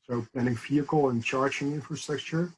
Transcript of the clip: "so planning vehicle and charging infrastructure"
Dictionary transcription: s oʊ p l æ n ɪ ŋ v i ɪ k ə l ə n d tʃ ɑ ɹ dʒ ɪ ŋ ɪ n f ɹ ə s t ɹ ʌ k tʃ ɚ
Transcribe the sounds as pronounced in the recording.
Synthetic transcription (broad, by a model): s oʊ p ɛ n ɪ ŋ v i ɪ k l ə n tʃ ɑ ɹ dʒ ɪ ŋ ɪ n f ɹ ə s t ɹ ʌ k tʃ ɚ